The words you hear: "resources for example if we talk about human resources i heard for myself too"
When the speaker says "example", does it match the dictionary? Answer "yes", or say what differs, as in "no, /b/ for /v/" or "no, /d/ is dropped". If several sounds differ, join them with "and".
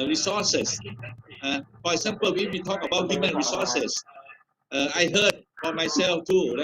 no, /w/ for /l/